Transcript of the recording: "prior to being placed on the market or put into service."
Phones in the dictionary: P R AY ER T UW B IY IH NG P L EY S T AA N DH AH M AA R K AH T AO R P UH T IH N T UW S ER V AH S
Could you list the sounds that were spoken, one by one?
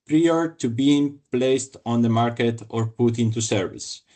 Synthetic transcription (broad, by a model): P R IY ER T UW B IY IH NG P L EY S T AA N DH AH M AA R K AH T AO R P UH T IH N T UW S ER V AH S